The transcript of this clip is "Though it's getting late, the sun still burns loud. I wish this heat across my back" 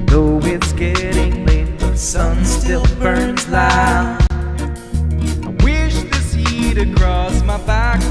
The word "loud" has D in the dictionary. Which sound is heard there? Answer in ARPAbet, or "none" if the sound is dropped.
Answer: none